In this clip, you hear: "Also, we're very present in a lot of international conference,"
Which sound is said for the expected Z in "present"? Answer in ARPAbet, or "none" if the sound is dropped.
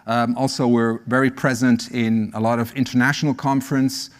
Z